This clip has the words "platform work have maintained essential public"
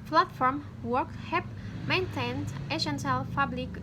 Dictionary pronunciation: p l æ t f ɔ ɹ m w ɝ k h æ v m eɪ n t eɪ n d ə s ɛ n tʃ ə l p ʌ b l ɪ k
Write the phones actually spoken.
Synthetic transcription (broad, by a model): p l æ t f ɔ ɹ m w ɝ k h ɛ p m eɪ n t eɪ n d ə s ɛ n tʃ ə l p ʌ b l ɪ k